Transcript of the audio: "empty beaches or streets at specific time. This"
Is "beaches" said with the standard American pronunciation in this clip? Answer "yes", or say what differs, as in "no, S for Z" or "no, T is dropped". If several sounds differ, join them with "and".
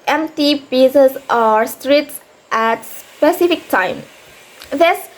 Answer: no, S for CH